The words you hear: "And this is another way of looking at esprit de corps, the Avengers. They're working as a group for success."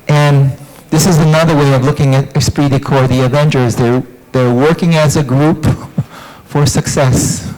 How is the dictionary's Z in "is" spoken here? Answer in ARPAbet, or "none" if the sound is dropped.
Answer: Z